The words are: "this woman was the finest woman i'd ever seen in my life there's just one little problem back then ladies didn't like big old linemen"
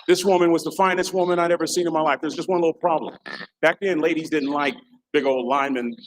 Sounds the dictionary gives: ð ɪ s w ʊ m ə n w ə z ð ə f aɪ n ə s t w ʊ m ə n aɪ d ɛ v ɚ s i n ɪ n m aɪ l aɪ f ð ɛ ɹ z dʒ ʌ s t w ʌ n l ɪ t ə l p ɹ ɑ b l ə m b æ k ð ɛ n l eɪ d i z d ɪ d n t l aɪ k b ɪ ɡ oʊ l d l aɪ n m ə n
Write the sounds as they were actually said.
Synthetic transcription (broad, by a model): ð ɪ s w ʊ m ə n w ə z ð ə f aɪ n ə s t w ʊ m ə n aɪ d ɛ v ɚ s i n ɪ n m aɪ l aɪ f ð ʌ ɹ z dʒ ʌ s t w ʌ n l ɪ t l p ɹ ɑ b l ə m b æ k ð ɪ n l eɪ d i z d ɪ d n t l aɪ k b ɪ ɡ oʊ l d l aɪ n m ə n